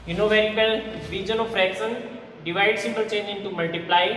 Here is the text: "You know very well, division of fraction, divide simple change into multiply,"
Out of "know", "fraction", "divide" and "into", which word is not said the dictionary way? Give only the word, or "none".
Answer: fraction